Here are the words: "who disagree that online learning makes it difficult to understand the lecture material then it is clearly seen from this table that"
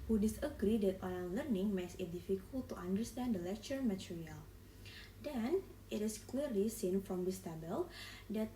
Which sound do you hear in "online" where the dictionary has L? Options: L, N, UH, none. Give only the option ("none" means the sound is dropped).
none